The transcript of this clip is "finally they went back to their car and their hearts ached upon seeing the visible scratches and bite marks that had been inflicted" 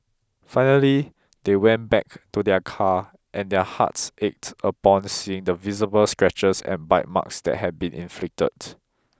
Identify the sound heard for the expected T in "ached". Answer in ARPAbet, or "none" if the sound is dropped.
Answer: T